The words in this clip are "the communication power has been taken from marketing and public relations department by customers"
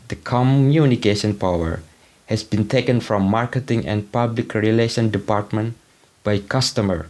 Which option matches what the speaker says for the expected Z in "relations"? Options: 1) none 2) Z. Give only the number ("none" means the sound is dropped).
1